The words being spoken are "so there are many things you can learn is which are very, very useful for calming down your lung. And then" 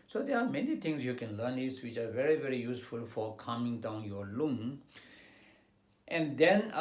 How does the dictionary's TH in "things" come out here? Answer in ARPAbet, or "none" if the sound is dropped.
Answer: T